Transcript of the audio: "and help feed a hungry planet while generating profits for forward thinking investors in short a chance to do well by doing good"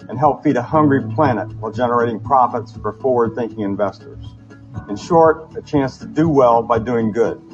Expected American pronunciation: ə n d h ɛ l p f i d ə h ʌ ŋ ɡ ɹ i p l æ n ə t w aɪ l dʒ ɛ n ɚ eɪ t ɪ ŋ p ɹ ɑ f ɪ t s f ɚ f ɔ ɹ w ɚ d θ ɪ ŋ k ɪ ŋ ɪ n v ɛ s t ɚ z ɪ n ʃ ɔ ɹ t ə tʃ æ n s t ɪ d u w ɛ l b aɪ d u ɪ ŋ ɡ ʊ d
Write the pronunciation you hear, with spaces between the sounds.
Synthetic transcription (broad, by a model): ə n h ɛ l p f i d ə h ʌ ŋ ɡ ɹ i p l æ n ə t w aɪ l dʒ ɛ n ɚ eɪ t ɪ ŋ p ɹ ɑ f ɪ t s f ɚ f ɔ ɹ w ɚ d θ ɪ ŋ k ɪ ŋ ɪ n v ɛ s t ɚ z ɪ n ʃ ɔ ɹ t ə tʃ æ n s t ɪ d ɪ w ɛ l b aɪ d u ɪ ŋ ɡ ʊ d